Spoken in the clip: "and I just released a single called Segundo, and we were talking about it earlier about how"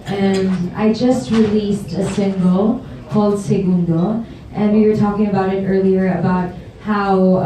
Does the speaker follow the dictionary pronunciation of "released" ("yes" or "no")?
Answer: yes